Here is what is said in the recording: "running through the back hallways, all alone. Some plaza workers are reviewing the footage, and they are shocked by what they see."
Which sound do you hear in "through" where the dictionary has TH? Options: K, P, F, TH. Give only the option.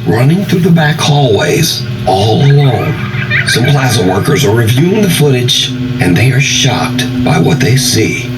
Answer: TH